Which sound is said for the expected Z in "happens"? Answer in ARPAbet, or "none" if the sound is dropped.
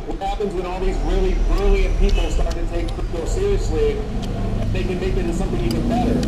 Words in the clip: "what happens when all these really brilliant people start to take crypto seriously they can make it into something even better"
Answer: Z